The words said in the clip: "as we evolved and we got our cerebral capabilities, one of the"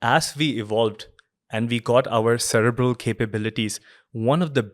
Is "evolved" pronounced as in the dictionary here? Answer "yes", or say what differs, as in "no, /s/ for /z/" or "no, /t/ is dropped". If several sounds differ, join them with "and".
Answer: yes